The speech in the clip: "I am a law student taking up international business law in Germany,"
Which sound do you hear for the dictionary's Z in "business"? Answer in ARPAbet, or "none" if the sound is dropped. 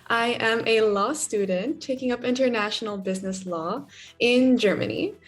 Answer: Z